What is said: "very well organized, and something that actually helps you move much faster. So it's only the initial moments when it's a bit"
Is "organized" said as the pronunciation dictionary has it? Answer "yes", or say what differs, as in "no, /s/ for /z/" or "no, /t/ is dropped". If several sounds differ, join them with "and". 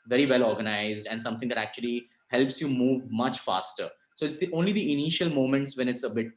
yes